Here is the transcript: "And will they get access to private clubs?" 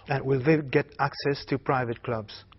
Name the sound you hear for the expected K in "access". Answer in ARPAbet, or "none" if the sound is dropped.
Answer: K